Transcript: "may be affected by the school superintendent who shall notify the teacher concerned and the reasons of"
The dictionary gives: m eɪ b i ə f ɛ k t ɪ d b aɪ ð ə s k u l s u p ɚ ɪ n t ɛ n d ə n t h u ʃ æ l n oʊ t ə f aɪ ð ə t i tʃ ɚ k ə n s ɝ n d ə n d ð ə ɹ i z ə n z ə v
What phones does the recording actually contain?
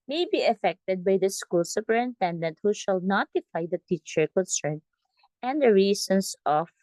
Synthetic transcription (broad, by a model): m eɪ b i ə f ɛ k t ɪ d b aɪ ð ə s k u l s u p ɚ ɪ n t ɛ n d ə n t h u ʃ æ l n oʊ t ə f aɪ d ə t i tʃ ɚ k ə n s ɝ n ə n d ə ɹ i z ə n s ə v